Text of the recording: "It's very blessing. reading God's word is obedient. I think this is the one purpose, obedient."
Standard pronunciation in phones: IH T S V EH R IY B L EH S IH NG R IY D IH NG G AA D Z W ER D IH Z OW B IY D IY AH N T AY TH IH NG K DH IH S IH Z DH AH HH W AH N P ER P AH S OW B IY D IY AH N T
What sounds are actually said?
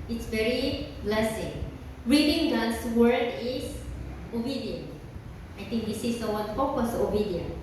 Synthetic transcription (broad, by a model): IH T S V EH R IY B L EH S IH NG R IY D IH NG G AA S W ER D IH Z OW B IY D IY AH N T AY T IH NG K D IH S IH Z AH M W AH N F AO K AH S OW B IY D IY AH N